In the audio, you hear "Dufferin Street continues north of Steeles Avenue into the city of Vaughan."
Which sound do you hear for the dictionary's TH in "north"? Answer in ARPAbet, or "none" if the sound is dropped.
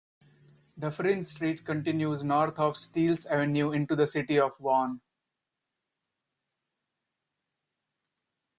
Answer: T